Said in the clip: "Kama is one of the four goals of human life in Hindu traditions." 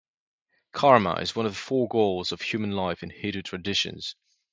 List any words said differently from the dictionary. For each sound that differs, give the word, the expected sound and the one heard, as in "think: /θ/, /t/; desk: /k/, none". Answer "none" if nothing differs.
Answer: hindu: /n/, none